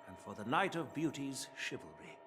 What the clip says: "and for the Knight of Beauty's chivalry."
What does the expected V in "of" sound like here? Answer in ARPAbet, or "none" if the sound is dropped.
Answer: V